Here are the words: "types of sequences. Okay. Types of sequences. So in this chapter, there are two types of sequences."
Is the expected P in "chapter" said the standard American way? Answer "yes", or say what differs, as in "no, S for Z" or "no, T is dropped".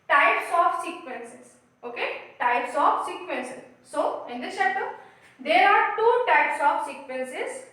no, P is dropped